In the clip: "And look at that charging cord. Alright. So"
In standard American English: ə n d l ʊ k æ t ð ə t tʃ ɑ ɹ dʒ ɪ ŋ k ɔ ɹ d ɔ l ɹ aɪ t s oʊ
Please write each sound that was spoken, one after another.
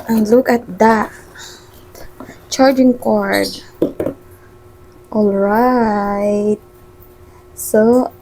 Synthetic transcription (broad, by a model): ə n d l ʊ k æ t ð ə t tʃ ɑ ɹ dʒ ɪ ŋ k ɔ ɹ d ɔ l ɹ aɪ t s oʊ